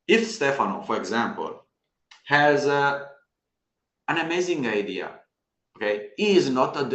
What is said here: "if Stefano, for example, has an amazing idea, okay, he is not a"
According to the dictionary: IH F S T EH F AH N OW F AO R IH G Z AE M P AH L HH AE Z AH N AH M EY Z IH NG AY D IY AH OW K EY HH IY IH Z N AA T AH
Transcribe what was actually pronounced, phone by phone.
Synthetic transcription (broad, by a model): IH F S T EH F AH N OW F AO R IH G Z AE M P AH L HH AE Z AH N AH M EY Z IH NG AY D IY AH OW K EY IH IH Z N AA T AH